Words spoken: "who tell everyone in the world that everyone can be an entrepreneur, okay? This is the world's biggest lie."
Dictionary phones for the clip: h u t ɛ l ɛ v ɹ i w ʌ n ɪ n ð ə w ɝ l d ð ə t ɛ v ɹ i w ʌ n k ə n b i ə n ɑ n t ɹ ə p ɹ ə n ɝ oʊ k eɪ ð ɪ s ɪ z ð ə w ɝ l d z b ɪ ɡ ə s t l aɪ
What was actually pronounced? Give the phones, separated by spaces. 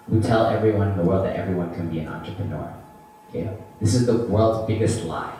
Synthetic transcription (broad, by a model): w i t ɛ l ɛ v ɹ i w ʌ n ɪ n ð ə w ɝ l d ð ə t ɛ v ɹ i w ʌ n k ə n b i ə n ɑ n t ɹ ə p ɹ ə n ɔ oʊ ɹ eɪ ð ɪ s ɪ z ð ə w ɝ l d z b ɪ ɡ ə s t l aɪ